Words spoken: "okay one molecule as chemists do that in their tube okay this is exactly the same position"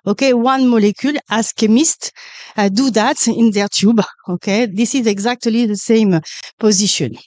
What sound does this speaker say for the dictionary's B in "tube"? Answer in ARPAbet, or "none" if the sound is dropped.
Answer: B